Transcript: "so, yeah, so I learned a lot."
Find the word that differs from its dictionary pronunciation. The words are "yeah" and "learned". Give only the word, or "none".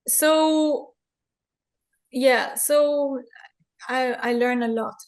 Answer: learned